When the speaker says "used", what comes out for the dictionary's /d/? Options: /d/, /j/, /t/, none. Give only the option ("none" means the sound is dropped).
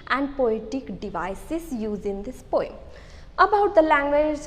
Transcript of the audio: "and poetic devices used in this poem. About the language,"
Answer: none